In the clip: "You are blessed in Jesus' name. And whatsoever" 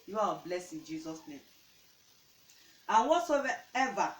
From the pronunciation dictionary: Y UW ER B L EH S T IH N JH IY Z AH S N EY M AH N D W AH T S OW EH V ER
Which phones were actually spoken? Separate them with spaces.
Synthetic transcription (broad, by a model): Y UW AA B L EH S IH N JH IY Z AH S N EY M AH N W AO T S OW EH V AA